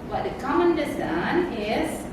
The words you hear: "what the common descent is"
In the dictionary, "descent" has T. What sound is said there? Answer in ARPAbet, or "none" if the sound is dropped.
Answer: none